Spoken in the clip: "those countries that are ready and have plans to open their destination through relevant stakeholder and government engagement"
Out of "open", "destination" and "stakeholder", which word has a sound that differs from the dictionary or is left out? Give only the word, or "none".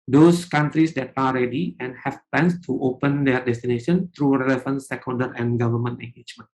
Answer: stakeholder